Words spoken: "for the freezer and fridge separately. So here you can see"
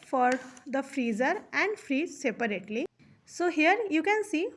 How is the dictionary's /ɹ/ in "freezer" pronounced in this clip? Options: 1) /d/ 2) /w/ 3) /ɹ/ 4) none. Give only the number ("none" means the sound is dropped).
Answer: 3